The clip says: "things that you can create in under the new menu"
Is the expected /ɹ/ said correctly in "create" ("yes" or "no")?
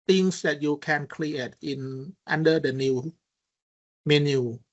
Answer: no